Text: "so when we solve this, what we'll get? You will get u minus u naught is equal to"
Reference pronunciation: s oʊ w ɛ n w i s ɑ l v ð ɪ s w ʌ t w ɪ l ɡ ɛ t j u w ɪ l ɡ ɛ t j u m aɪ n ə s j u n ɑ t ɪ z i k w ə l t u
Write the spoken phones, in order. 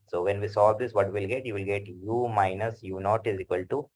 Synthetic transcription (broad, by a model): s oʊ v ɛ n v i s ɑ v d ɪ s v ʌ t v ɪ l ɡ ɛ t j u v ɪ l ɡ ɛ t j u m aɪ n ə s j u n ɑ t ɪ z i k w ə l t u